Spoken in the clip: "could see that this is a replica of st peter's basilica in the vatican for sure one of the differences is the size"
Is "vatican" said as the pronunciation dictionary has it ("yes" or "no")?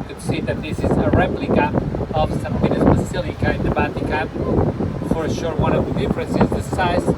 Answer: no